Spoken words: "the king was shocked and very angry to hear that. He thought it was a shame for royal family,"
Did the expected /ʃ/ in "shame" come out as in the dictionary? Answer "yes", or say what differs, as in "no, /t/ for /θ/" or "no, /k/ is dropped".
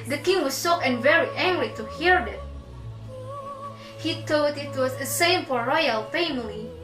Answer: no, /s/ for /ʃ/